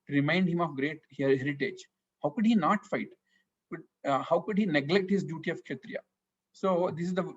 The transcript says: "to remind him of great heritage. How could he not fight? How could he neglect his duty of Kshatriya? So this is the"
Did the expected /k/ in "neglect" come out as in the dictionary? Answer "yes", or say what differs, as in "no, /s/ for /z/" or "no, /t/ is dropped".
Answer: yes